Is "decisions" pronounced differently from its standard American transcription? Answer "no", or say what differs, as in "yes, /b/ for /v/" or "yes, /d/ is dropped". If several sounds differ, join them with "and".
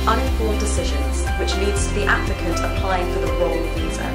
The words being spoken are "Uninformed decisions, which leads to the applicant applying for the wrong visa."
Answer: no